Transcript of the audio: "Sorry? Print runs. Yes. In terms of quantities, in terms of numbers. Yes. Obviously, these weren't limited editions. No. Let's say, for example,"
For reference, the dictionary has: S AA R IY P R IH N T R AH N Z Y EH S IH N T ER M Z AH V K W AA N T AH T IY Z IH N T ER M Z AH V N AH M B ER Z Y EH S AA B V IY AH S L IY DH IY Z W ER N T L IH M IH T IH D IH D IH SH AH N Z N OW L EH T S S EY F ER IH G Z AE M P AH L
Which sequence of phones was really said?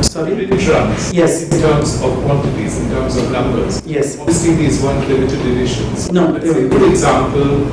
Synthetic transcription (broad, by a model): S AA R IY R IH T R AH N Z Y EH S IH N T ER M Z AH V K W AA N T AH T IY Z IH N T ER M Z AH V N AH M B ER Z Y EH S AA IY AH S IY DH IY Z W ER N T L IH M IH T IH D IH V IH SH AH N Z N OW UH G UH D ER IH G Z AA M P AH L